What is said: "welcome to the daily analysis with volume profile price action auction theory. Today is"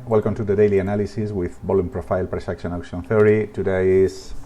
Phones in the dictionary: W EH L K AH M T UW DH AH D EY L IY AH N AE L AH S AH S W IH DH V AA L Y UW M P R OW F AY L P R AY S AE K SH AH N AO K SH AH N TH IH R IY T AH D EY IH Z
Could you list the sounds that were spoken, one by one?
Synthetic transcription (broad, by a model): W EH L K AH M T UW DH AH D EY L IY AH N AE L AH S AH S W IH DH B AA L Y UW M P R OW F AY L P R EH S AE K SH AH N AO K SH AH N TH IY R IY T AH D EY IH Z